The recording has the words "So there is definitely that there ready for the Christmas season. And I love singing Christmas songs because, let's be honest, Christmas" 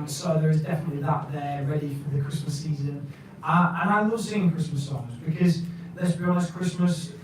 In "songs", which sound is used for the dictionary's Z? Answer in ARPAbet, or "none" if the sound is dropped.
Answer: Z